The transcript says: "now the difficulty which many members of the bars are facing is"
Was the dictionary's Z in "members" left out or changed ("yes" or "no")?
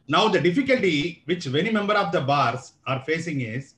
yes